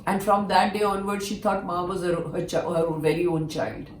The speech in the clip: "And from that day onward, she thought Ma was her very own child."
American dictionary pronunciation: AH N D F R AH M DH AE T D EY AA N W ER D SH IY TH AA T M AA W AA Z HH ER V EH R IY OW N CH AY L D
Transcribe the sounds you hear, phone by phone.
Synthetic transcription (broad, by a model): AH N D F R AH M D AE T D EY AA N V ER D SH IY T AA T M AA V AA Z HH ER V EH R IY OW N CH AY L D